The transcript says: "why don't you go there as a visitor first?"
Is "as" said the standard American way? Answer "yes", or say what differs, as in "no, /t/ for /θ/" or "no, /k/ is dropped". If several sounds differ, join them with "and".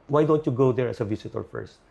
no, /s/ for /z/